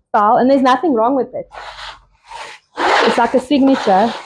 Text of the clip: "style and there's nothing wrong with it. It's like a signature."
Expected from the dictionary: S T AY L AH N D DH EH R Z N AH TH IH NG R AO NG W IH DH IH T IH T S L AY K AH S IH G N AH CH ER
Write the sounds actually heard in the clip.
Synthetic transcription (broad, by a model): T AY L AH N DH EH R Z N AH TH IH NG R AO NG W IH DH IH T IH T S L AY K AH S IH G N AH CH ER